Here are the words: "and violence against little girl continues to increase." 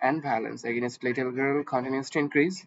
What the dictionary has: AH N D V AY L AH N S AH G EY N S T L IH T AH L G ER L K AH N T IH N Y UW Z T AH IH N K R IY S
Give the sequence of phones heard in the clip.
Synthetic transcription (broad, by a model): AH N D B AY L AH N S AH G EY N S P L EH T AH L G ER L K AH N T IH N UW S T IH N K R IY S